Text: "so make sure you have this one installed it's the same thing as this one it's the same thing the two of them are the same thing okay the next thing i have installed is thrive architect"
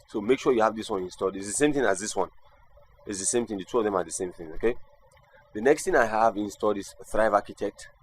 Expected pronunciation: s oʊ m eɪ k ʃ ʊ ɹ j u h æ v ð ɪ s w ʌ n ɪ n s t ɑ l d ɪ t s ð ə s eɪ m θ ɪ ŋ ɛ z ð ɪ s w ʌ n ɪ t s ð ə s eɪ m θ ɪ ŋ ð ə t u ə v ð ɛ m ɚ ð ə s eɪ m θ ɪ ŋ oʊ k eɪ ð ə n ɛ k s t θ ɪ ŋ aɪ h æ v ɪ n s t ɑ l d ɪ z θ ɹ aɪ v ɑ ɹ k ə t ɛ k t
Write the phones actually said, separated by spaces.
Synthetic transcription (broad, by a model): s oʊ m eɪ k ʃ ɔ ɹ j u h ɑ v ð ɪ s w ʌ n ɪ n s t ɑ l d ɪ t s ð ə s eɪ m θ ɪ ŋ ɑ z ð ɪ s w ʌ n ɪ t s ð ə s eɪ m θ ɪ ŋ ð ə t u ə v ð ɛ m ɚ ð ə s eɪ m θ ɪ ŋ oʊ k eɪ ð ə n ɛ k s t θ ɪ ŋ aɪ h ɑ v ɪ n s t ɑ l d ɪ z θ ɹ aɪ v ɑ k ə t ɛ k t